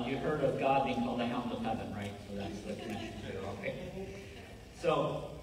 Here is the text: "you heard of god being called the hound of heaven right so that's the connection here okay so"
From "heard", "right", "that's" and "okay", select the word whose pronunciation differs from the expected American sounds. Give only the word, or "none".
none